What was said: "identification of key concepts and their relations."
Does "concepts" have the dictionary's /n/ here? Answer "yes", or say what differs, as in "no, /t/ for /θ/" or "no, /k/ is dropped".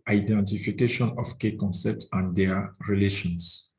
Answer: yes